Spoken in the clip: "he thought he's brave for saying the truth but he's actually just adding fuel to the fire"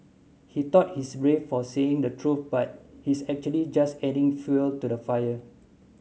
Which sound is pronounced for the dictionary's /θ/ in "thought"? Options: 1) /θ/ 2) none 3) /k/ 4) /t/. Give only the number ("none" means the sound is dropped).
4